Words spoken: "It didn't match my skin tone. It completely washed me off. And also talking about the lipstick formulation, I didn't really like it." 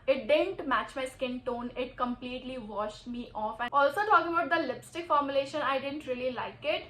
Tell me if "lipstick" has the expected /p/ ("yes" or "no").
yes